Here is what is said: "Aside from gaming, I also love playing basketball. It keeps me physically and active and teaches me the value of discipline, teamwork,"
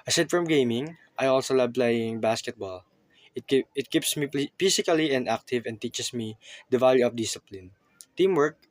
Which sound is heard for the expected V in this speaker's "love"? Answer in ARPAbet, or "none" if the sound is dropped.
B